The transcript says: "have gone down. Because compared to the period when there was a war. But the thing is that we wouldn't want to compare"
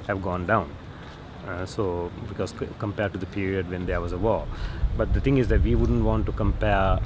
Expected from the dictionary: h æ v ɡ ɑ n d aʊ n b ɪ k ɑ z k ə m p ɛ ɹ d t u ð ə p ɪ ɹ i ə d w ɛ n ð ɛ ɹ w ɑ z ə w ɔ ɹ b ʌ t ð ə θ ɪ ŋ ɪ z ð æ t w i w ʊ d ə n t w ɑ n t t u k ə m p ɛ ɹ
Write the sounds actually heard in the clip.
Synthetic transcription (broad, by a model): h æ v ɡ ɑ n d aʊ n b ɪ k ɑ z k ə m p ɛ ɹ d t u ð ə p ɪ ɹ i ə d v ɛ n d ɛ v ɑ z ə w ɔ b ʌ t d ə t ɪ ŋ ɪ z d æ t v i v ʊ d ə n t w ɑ n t t u k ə m p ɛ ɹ